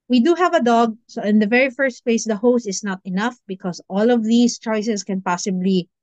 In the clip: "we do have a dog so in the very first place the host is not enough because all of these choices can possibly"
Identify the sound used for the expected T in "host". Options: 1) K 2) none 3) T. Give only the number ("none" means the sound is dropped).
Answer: 3